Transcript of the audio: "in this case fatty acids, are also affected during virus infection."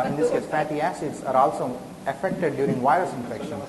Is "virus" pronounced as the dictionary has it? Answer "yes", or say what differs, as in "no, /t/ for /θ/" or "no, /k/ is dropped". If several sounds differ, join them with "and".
yes